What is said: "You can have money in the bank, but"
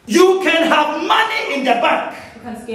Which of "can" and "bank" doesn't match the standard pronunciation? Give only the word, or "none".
bank